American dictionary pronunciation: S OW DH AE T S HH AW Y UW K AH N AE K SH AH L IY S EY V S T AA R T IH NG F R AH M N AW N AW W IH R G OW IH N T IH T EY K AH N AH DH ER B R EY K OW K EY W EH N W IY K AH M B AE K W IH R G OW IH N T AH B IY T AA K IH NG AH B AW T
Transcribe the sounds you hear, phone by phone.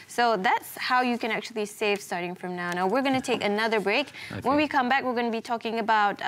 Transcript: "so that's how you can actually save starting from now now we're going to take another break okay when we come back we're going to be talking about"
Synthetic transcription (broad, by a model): S OW DH AE T S HH AW Y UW K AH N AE K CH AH L IY S EY V S T AA R T IH NG F R AH M N AW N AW W IH R G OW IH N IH T EY K AH N AH DH ER B R EY IH K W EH N W IY K AH M B AE K W IH R G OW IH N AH B IY T AA K IH NG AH B AW T